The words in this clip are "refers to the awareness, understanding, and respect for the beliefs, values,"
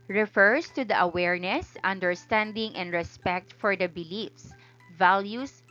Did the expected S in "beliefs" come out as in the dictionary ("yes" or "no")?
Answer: yes